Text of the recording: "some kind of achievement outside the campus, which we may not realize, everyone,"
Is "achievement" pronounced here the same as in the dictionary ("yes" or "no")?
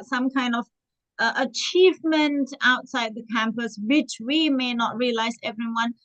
yes